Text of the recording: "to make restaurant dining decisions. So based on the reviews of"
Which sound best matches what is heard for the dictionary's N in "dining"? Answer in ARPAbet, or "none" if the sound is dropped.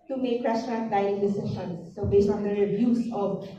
none